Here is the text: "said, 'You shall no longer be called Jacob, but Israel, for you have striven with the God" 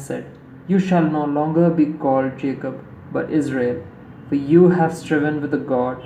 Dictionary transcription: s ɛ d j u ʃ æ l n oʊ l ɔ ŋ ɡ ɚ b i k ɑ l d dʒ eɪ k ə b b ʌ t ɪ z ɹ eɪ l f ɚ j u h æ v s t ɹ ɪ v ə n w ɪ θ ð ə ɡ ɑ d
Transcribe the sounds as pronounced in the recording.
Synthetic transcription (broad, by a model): s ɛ d j u ʃ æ l n oʊ l ɔ ŋ ɡ ɚ b i k ɑ l d dʒ eɪ k ə b b ʌ t ɪ z ɹ eɪ l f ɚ j u h æ v s t ɹ ɪ v ə n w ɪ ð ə ɡ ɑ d